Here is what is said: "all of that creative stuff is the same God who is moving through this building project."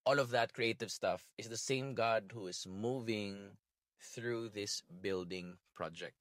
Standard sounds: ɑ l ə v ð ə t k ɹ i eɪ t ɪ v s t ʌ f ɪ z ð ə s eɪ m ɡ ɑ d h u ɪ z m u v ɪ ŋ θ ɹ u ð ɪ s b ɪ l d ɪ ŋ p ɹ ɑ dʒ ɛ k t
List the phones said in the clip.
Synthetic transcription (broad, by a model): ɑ l ə v ð ə t k ɹ i eɪ t ɪ v s t ʌ f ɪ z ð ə s eɪ m ɡ ɑ d h u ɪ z m u v ɪ ŋ θ ɹ u ð ɪ s b ɪ l d ɪ ŋ p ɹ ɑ dʒ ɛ k t